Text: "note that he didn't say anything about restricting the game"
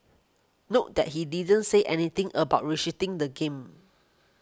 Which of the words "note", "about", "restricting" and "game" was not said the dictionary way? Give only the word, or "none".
restricting